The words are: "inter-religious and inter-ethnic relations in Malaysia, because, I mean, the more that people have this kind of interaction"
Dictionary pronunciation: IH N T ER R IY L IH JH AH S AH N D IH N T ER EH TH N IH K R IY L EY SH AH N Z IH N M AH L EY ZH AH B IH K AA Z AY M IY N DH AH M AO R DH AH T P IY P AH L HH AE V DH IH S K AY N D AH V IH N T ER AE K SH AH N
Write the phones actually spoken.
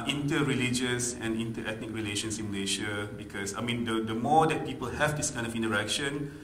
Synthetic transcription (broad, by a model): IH N T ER R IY L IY JH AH S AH N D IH N T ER EH T N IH K R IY L EY SH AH N S IH N M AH L EY SH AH B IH K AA S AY M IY N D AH M AO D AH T P IY P AH L HH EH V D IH S K AY N D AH F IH N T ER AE K SH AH N